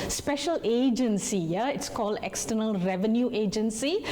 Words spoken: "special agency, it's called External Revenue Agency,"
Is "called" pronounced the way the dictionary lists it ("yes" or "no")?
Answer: yes